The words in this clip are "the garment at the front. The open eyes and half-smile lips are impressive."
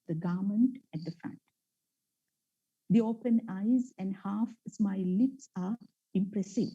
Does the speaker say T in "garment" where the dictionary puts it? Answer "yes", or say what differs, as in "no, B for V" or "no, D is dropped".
yes